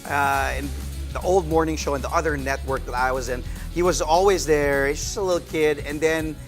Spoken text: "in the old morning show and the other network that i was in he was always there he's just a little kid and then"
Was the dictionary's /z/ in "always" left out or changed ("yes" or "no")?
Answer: no